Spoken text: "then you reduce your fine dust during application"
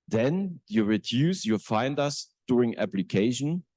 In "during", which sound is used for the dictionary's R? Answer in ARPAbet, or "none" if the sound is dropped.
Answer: R